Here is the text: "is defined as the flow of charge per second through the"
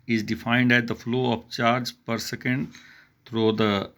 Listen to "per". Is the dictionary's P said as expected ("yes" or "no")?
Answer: yes